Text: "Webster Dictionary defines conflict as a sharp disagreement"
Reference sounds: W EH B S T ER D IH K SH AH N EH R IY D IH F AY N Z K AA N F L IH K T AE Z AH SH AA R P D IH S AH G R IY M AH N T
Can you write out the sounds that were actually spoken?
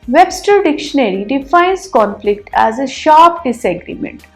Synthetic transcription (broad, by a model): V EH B S T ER D IH K SH AH N EH R IY D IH F AY N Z K AA N F L IH K T AE Z AH SH AA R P D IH S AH G R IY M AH N T